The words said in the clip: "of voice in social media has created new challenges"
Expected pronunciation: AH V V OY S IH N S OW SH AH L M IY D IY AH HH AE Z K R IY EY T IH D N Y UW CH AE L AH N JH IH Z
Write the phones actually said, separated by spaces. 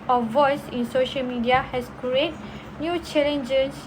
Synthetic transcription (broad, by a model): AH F V OY S IH N S OW SH AH L M IY D IY AH HH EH S K R IY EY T N Y UW CH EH L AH N JH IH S